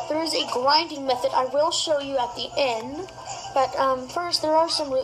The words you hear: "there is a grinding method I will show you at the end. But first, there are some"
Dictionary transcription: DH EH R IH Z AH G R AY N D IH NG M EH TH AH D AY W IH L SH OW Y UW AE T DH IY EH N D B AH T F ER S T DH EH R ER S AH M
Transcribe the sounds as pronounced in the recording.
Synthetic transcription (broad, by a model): DH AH R IH Z AH G L AY N D IH NG M EH TH AH D AY W IH L SH OW Y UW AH T DH IY EH N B AH T F ER S T DH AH R ER S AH M